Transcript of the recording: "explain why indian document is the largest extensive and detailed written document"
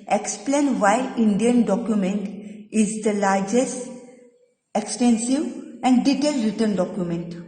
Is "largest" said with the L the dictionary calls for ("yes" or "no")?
yes